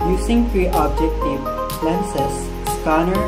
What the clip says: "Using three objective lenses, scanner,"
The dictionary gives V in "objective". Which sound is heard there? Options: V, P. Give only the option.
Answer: P